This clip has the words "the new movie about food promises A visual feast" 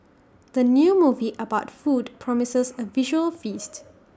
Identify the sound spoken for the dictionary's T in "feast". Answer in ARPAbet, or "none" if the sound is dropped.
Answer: T